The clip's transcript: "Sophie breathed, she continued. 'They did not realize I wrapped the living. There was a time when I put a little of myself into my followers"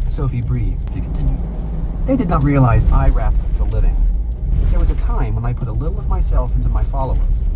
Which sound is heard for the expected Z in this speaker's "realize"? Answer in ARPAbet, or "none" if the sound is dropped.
Z